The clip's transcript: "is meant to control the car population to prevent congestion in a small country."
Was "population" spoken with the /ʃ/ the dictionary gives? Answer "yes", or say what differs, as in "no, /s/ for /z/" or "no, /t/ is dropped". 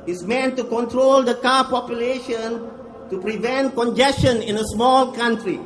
yes